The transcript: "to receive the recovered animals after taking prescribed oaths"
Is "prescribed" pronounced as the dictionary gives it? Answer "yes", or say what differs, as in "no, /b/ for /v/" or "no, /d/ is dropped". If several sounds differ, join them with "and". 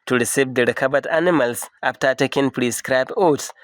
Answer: no, /d/ is dropped